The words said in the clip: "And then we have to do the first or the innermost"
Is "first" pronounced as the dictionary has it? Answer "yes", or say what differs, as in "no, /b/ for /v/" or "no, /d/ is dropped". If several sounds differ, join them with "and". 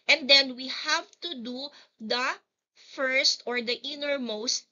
yes